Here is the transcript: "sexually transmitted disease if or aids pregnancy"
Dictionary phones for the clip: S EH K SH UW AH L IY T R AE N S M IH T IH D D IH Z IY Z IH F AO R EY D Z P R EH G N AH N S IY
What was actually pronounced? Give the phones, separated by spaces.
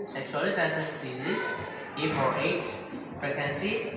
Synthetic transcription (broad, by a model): S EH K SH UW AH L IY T AE S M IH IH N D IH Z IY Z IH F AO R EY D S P R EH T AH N S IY